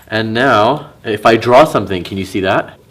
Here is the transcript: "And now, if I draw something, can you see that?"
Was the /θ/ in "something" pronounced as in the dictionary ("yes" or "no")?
yes